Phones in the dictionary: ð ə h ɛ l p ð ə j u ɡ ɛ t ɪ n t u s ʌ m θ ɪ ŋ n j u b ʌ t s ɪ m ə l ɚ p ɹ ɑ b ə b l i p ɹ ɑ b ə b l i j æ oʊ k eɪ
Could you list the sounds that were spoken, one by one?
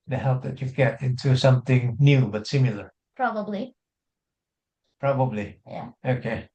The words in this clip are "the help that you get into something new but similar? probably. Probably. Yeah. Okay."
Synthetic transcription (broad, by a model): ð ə h ɛ l p ð ə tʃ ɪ ɡ ɛ t ɪ n t u s ʌ m θ ɪ ŋ n j u b ʌ t s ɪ m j l ɚ p ɹ ɑ b ə b l i p ɹ ɑ b ə b l i j æ oʊ k eɪ